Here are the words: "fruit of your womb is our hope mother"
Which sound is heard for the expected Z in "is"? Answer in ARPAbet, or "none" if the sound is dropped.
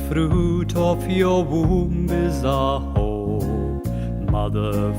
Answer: Z